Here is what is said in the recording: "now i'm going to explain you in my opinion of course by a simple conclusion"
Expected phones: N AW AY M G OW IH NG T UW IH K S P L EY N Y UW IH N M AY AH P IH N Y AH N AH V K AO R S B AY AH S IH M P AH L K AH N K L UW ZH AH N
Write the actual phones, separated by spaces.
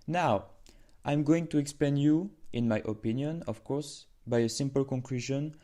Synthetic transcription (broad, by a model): N AW AY M G OW IH NG T UW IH K S P EY N Y UW IH N M AY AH P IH N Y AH N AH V K AO R S B AY AH S IH M P AH L K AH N K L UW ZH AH N